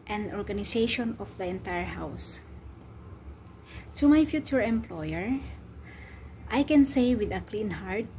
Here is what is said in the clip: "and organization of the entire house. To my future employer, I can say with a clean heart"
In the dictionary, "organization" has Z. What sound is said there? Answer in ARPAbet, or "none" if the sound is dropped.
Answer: S